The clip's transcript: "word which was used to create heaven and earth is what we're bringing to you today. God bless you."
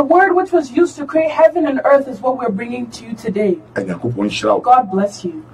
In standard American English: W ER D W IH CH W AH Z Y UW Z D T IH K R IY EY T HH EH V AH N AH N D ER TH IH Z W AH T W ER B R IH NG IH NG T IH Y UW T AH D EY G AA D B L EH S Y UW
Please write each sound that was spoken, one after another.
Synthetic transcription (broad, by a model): W ER D W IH CH W AH Z Y UW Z T IH K R IY EY T HH EH V AH N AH N ER TH IH Z W AH T W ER B R IH NG IH NG T IH Y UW T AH D EY G AA D B L EH S Y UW